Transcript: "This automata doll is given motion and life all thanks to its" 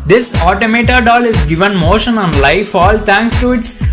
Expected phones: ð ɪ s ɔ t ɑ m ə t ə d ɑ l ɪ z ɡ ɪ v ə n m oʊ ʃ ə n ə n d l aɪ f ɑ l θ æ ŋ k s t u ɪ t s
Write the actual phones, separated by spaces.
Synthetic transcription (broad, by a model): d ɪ s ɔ t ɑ m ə t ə d ɑ l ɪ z ɡ ɪ v ə n m oʊ ʃ ə n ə n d l aɪ f ɑ l t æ ŋ k s t u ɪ t s